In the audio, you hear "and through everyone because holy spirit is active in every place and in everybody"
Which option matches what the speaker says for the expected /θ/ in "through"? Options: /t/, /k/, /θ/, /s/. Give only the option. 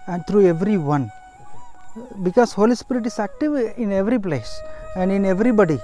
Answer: /t/